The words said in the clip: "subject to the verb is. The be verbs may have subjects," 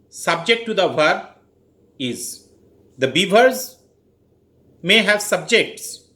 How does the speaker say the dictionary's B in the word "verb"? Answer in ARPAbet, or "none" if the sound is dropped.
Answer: none